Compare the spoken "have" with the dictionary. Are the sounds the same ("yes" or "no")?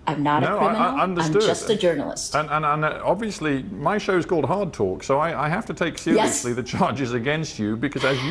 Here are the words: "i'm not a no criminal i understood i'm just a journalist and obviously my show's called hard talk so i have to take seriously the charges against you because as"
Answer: no